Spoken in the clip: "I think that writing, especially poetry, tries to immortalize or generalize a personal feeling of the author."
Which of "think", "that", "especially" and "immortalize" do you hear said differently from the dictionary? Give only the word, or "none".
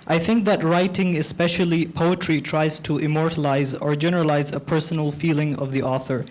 none